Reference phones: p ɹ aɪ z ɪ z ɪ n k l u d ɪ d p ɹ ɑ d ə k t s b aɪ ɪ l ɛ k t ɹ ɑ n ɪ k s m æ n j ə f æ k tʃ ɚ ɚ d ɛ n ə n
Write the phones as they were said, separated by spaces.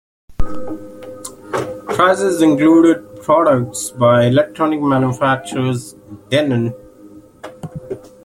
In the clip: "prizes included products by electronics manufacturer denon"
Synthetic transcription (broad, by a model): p ɹ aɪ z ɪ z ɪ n k l u d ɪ d p ɹ ɑ d ə k t s b aɪ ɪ l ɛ k t ɹ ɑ n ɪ k m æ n j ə f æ k tʃ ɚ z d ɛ n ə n